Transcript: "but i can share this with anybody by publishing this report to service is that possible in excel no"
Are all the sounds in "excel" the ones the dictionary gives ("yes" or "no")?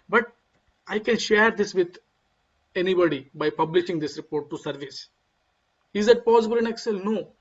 yes